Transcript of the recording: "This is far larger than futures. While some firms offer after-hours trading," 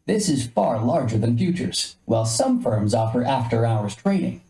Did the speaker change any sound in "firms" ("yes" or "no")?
no